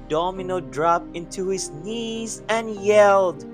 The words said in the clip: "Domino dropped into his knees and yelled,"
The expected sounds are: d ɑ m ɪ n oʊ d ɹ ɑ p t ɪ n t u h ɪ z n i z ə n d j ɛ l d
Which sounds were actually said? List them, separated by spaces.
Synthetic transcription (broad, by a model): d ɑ m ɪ n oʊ d ɹ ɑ p ɪ n t u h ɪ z n i z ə n j ɛ l d